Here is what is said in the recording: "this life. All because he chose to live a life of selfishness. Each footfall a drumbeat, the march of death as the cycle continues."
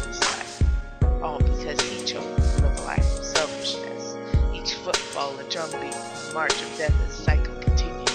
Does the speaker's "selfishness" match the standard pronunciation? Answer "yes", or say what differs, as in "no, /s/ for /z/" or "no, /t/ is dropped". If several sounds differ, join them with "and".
yes